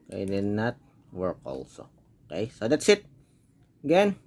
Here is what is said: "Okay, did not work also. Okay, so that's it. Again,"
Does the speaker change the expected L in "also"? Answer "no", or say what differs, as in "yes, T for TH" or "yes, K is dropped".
no